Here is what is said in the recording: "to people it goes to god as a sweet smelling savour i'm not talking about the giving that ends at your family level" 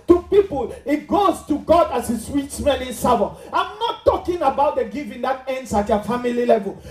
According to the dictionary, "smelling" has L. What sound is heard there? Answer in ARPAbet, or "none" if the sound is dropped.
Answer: N